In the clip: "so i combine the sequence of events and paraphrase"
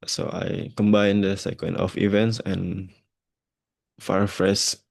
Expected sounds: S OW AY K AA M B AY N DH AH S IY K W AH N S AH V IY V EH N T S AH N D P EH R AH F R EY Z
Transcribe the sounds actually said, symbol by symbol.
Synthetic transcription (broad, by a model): S OW AY K AA M B AY N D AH S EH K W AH N AH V IY V EH N T S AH N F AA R F R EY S